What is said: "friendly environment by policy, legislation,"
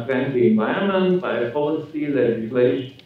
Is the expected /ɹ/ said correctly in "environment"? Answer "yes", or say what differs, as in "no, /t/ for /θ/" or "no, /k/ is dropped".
no, /ɹ/ is dropped